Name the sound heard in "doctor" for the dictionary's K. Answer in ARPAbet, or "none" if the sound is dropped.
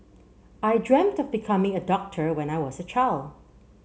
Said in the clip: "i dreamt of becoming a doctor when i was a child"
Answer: K